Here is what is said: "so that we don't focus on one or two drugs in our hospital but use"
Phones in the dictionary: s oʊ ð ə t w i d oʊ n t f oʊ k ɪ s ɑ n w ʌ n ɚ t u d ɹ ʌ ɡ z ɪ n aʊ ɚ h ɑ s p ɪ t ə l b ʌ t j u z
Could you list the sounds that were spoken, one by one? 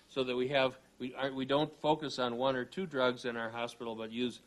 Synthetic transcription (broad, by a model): s oʊ ð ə t w i d oʊ n t f oʊ k ɪ s n w ʌ n ɚ t u d ɹ ʌ ɡ z ɪ n aʊ ɚ h ɑ s p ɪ t l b ʌ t j u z